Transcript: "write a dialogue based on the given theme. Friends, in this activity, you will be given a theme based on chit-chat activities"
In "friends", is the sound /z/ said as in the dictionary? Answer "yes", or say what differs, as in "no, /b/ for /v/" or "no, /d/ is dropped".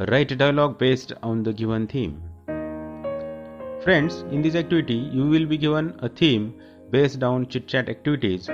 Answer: no, /s/ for /z/